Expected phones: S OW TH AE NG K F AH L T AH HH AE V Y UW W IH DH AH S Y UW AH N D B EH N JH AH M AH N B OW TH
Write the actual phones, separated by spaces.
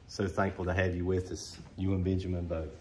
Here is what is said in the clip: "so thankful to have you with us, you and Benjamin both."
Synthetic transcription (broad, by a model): S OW TH AE NG K F AH L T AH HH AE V Y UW W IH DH AH S Y UW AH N B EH N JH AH M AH N B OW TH